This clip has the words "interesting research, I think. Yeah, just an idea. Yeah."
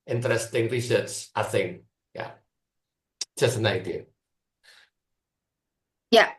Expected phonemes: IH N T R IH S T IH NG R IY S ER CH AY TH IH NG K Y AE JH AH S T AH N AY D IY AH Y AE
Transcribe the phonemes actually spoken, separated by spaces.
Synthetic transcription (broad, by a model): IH N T R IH S T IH NG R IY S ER S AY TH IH NG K Y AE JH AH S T AH N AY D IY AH Y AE